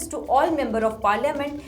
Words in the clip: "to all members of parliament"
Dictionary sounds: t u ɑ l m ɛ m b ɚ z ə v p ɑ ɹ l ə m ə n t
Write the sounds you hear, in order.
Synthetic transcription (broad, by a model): t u ɑ l m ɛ m b ɚ ə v p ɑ ɹ l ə m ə n t